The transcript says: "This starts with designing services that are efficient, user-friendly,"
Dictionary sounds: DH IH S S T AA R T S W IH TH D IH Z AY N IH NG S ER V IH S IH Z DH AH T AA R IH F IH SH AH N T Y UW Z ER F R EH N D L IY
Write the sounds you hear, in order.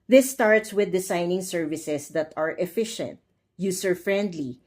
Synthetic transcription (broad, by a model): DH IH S S T AA R T S W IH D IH S AY N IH NG S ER V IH S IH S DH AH T AA R IH F IH SH AH N T Y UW S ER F R EH N D L IY